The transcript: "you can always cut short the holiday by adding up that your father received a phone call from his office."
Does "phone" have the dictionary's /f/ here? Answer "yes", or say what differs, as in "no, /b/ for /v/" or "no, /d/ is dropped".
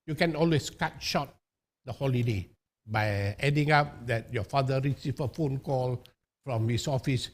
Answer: yes